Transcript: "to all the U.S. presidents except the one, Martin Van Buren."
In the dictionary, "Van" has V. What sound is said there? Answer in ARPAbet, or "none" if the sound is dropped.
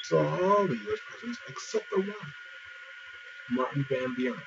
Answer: B